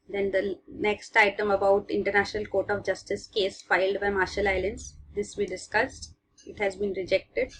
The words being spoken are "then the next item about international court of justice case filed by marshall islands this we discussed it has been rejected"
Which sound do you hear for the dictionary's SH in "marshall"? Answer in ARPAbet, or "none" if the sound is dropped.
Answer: SH